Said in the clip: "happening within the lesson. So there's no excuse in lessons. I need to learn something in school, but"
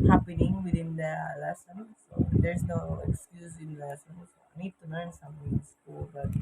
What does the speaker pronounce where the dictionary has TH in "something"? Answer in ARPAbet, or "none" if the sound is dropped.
T